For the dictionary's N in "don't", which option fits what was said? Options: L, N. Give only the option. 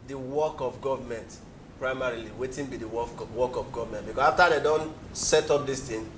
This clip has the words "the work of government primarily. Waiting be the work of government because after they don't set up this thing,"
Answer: N